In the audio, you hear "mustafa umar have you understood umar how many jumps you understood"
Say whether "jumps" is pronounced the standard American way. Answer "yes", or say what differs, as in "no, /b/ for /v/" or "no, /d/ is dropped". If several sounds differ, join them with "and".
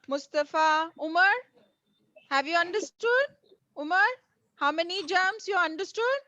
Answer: no, /p/ is dropped